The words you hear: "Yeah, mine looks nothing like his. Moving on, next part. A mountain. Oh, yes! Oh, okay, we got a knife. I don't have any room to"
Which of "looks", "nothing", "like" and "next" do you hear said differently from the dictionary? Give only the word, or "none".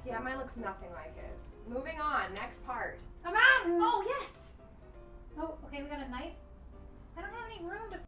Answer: none